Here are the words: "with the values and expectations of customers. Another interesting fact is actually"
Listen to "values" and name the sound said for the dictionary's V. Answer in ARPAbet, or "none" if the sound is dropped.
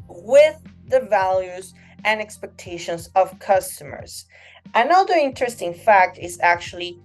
V